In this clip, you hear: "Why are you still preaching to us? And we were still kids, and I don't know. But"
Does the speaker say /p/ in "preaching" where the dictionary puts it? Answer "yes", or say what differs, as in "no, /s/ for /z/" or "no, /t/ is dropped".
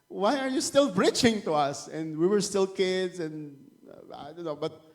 no, /b/ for /p/